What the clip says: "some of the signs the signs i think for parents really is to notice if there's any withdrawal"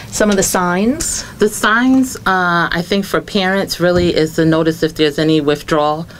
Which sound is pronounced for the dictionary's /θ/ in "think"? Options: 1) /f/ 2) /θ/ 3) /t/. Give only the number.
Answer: 2